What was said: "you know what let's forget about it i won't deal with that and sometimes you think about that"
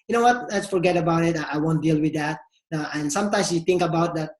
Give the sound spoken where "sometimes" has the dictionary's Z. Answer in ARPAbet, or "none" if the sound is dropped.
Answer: S